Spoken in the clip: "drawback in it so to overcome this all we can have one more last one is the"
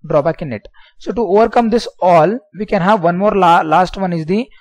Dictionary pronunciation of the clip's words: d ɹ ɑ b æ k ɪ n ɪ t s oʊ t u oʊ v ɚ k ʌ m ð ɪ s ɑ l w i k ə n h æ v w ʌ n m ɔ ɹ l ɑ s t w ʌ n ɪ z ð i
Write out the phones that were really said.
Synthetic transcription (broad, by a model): d ɹ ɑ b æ k ɪ n ɪ t s oʊ t u oʊ v ɚ k ʌ m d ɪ s ɑ l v i k ə n h æ v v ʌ n m ɔ ɹ l ɑ s t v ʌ n ɪ z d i